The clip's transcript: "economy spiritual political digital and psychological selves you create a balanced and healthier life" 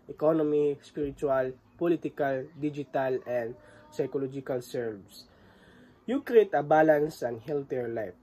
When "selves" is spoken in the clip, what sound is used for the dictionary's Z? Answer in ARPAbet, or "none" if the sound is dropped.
S